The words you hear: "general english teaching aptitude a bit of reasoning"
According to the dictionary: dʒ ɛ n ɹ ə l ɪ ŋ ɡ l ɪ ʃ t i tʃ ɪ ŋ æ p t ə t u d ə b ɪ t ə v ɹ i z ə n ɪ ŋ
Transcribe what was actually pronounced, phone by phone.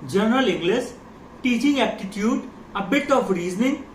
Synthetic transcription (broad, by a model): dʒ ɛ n ɹ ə l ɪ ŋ ɡ l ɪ s t i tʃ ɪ ŋ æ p t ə t u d ə b ɪ t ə f ɹ i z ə n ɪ ŋ